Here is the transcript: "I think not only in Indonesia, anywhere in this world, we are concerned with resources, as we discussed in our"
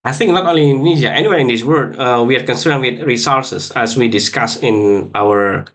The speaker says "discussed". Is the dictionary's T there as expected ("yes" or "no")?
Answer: no